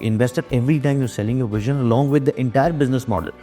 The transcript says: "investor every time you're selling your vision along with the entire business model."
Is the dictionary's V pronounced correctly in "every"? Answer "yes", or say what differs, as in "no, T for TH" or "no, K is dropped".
yes